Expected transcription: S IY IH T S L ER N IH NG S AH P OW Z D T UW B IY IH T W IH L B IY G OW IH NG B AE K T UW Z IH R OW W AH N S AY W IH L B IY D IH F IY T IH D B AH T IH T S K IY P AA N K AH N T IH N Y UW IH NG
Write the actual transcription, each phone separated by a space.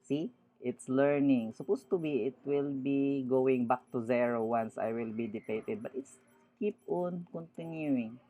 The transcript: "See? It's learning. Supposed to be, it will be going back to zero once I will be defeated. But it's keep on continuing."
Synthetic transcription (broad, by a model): S IY IH T S L ER N IH NG S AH P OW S T UW B IY IH T W IH L B IY G OW IH NG B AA K T UW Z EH R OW W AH N S AY W IH L B IY D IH P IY T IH D B AH T IH T S K IY P AA N K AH N T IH N Y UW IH NG